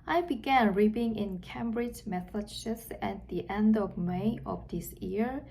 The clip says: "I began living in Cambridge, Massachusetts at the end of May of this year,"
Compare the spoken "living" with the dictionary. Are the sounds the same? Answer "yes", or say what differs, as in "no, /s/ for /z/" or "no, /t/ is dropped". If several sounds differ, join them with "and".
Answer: no, /p/ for /v/